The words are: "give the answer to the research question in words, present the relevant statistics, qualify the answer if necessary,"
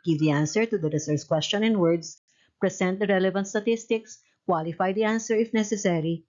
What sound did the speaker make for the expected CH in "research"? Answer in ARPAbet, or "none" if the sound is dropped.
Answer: S